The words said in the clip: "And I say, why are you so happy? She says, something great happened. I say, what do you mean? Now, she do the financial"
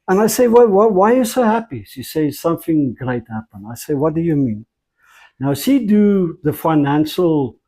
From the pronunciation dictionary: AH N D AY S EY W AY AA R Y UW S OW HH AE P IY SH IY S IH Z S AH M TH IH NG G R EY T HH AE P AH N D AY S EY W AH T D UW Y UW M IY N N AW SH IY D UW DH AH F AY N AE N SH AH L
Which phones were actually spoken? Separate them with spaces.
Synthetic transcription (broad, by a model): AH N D AY S EY W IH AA W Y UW S OW HH AE P IY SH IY S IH S AH M TH IH NG G R EY T HH AE P AH N D AY S EY W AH T D UW Y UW M IY N N AW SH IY D UW DH AH F AY N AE N SH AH L